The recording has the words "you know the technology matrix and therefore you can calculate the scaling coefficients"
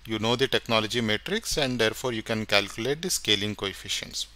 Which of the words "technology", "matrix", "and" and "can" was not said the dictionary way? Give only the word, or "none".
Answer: none